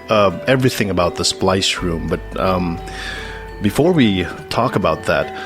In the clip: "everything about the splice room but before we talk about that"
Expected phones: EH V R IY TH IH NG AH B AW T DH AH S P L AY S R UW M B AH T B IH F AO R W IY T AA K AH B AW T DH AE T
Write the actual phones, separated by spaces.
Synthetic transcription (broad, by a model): EH V R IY TH IH NG AH B AW T DH AH S P L AY S R UW M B AH T B IH F AO R W IY T AA K AH B AW T DH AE T